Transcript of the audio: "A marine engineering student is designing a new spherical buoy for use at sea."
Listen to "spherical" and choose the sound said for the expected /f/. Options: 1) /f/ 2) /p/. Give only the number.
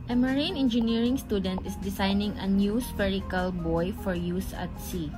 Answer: 2